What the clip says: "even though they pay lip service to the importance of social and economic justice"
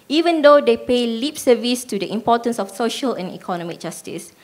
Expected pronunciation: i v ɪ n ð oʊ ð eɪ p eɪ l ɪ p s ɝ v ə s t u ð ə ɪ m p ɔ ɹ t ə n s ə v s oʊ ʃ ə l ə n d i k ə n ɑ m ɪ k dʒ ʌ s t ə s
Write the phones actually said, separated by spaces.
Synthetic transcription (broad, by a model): i v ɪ n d oʊ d eɪ p eɪ l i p s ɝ v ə s t u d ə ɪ m p ɔ t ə n s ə f s oʊ ʃ ə l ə n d i k ə n ɑ m ɪ k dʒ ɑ s t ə s